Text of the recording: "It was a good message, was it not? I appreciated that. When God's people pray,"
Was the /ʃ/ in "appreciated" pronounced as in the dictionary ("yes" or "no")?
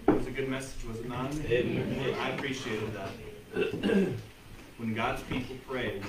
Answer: yes